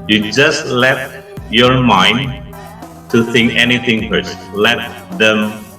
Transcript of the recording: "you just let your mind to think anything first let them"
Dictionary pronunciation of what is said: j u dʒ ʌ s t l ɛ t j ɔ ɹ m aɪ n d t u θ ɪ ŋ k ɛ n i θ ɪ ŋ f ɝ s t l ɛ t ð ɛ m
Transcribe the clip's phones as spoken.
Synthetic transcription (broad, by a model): j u dʒ ʌ s t l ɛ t j ɔ ɹ m aɪ n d t u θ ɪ ŋ k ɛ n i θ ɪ ŋ p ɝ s l ɛ t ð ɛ m